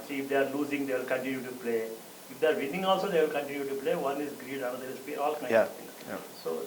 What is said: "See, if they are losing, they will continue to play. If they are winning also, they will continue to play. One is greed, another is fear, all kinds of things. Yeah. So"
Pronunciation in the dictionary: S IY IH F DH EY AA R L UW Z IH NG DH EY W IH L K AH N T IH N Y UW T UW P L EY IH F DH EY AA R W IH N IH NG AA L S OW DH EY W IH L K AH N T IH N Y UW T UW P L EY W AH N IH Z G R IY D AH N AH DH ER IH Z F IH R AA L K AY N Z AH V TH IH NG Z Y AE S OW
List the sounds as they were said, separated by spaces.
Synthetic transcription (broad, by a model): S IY IH F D EY AA R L UW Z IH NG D EY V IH L K AH N T IH N Y UW T UW P L EY IH F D EY AA R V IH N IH NG AA L S OW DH EY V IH L K AH N T IH N Y UW T UW P L EY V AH N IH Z G R IY D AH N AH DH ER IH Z P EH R AA L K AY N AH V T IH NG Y S OW